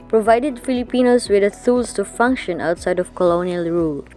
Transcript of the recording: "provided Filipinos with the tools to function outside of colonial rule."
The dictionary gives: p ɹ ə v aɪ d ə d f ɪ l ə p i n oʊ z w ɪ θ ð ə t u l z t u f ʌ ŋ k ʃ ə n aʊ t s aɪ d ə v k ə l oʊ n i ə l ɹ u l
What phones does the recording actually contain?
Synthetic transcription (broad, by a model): p ɹ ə v aɪ d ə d f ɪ l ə p i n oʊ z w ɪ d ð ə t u l s t u f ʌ ŋ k ʃ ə n aʊ t s aɪ d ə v k ə l oʊ n i ə l ɹ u l